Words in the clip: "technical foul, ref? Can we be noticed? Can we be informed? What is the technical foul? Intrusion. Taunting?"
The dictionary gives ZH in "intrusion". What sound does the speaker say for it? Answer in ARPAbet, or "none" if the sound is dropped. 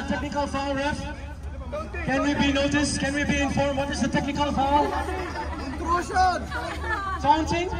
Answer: S